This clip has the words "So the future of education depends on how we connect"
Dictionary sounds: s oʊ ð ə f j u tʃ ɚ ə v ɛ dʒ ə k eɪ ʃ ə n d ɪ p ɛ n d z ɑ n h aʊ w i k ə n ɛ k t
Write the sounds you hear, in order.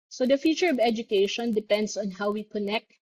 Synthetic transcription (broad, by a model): s oʊ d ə f j u tʃ ɚ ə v ɛ dʒ ə k eɪ ʃ ə n d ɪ p ɛ n d s ɑ n h aʊ w i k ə n ɛ k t